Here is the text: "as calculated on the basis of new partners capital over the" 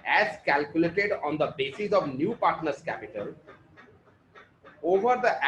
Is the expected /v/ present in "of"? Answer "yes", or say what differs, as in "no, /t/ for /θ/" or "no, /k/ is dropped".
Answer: yes